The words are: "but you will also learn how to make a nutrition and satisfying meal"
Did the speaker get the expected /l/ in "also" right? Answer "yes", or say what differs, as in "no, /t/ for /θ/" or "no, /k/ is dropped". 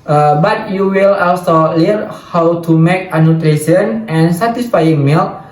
yes